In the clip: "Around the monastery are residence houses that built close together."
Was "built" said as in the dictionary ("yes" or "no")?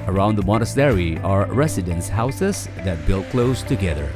yes